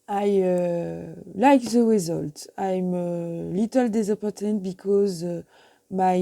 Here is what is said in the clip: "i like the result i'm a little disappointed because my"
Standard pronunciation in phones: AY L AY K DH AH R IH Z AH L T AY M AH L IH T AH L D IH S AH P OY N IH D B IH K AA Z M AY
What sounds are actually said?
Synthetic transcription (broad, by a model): AY L AY K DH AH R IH Z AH L T AY M AH L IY T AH L D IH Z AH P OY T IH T B IH K AA Z M AY